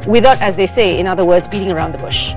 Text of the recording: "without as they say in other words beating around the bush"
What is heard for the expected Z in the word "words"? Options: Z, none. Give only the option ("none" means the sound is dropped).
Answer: Z